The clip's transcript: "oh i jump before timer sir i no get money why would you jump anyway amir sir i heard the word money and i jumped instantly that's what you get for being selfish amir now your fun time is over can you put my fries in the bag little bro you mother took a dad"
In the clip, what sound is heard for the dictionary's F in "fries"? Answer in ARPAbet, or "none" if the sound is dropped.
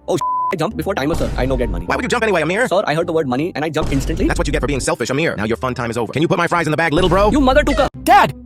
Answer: F